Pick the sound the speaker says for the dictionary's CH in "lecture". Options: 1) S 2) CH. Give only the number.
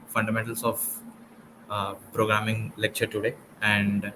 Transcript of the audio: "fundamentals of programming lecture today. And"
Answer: 2